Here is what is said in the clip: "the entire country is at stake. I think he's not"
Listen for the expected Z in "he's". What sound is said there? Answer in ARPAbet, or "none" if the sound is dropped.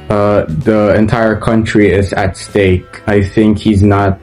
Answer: Z